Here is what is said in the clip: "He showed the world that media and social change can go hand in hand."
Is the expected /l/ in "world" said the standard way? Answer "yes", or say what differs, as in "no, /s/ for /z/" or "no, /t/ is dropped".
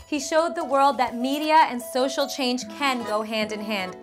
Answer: yes